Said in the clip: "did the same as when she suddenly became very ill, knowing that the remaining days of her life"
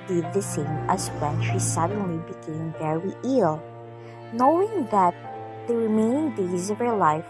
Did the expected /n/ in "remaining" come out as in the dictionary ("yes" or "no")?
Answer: no